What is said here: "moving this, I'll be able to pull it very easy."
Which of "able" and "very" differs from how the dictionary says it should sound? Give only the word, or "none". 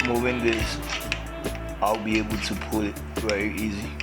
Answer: very